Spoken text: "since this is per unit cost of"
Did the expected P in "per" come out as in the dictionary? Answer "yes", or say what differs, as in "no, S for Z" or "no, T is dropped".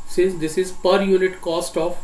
yes